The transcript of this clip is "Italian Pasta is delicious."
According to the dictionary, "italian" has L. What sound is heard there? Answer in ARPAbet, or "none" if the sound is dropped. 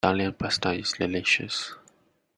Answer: none